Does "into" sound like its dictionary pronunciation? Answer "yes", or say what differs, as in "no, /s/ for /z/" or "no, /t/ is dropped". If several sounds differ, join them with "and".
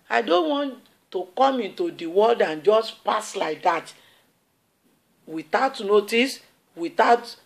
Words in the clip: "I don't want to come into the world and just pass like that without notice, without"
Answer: yes